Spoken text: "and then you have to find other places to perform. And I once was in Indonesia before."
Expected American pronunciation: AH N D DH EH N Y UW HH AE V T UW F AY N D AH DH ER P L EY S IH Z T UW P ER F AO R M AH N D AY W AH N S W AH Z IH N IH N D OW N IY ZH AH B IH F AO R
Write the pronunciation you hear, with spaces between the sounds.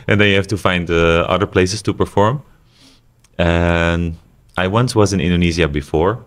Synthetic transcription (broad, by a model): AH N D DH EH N Y UW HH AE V T UW F AY N D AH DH ER P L EY S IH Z T UW P ER F AO R M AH N AY W AH N S W AH Z IH N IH N D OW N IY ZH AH B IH F AO R